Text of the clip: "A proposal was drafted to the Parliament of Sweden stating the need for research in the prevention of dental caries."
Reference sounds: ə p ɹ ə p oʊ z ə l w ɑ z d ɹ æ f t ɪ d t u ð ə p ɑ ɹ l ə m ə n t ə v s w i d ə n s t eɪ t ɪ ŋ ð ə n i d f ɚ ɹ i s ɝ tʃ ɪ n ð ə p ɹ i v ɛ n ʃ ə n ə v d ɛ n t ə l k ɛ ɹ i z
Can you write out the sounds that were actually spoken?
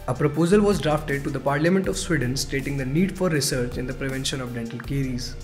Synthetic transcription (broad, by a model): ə p ɹ ə p oʊ z ə l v ɑ z d ɹ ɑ f t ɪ d t u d ə p ɑ ɹ l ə m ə n t ə v s w i d ə n s t eɪ t ɪ ŋ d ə n i d f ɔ ɹ i s ɝ tʃ ɪ n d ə p ɹ i v ɛ n ʃ ə n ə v d ɛ n t ə l k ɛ ɹ i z